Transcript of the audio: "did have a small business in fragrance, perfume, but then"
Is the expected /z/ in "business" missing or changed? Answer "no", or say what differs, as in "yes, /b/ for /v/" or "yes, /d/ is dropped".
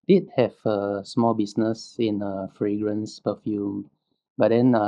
yes, /s/ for /z/